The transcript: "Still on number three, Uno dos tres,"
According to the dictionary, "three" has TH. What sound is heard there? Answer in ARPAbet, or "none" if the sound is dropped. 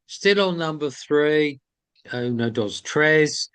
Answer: TH